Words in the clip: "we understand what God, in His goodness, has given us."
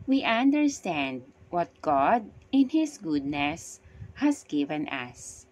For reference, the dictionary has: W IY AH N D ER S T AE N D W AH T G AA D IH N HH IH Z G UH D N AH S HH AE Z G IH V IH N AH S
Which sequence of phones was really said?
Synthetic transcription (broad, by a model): W IY AH N D ER S T AE N D W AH T G AA D IH N HH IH S G UH D N AH S HH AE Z G IH V IH N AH S